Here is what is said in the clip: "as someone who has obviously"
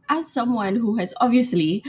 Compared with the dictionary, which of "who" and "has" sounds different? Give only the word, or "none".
none